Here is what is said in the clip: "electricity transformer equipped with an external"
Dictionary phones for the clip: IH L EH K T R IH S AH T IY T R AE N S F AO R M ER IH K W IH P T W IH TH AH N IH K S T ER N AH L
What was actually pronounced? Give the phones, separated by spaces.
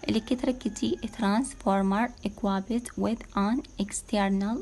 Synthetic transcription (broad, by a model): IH L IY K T R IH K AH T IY T R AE N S F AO R M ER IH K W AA B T W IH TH AH N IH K S T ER N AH L